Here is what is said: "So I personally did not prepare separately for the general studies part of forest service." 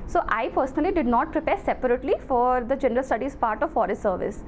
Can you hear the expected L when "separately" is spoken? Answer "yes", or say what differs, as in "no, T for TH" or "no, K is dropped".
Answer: yes